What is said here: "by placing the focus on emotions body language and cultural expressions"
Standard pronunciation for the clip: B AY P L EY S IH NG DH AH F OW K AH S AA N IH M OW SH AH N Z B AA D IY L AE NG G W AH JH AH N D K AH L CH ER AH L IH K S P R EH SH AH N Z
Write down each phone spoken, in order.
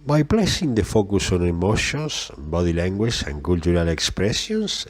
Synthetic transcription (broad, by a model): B AY P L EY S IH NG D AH F OW K AH S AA N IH M OW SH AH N S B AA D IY L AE NG G W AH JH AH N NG K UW L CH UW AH L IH K S P R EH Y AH N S